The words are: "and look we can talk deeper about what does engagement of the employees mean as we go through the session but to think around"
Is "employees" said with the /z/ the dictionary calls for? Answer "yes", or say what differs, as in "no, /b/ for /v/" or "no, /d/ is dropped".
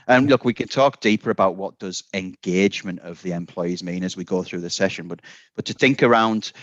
yes